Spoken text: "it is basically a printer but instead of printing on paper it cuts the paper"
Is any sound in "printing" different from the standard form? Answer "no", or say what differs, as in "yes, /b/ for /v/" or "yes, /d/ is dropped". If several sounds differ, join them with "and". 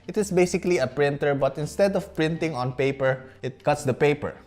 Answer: no